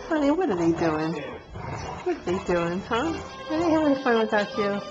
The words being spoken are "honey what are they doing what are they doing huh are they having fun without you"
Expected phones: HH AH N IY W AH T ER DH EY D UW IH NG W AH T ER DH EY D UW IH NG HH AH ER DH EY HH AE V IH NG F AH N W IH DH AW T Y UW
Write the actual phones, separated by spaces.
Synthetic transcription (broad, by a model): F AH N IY W AH T ER DH EY D UW IH NG W AH T ER DH EY D UW IH NG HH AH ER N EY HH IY W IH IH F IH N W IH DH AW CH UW